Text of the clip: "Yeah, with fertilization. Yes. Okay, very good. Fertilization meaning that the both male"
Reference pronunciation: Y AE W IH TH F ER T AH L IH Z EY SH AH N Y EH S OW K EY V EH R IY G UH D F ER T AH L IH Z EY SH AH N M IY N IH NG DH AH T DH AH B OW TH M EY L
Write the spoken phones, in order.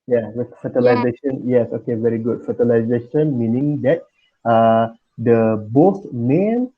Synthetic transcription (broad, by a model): Y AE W F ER T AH L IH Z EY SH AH N Y EH S OW K EY V EH R IY G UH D F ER T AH L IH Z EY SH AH N M IY N IH NG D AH T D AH B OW S M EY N